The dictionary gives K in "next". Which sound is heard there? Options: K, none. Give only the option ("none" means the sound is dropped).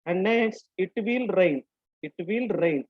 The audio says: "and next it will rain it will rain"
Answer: none